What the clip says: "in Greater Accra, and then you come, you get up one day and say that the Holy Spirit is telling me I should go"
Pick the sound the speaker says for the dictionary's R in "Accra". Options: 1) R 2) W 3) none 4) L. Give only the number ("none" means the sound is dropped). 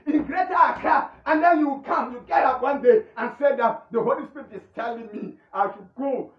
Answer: 3